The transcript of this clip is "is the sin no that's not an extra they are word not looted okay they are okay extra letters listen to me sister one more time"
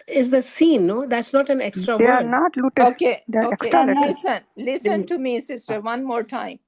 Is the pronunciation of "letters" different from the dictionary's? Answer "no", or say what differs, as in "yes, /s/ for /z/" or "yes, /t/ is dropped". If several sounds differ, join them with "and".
yes, /s/ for /t/